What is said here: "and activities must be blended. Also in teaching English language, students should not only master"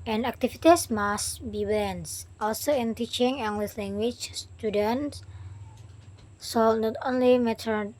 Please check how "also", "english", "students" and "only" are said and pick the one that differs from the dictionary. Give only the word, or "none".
english